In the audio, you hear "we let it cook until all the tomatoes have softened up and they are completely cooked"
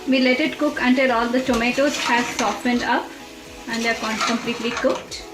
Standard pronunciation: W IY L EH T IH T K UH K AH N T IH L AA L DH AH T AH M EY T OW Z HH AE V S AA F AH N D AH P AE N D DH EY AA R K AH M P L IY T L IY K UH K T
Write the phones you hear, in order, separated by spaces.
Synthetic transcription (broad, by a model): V IY L EH T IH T K UH K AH N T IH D AA L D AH T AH M EY T OW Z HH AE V S AA F AH N D AH P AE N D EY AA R K AH M P L IY T L IY K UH K T